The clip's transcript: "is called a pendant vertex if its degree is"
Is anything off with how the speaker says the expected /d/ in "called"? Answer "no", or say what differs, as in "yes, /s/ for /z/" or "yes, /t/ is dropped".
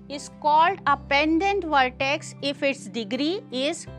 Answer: no